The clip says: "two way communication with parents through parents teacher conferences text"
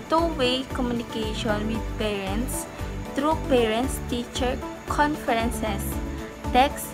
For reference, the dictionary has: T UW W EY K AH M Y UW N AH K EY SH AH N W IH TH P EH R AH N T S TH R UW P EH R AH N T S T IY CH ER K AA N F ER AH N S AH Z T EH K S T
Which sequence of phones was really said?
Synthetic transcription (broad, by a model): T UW W EY K AH M Y UW N AH K EY SH AH N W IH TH P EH R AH N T S T R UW P EH R AH N T S T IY CH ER K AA N F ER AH N S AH S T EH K S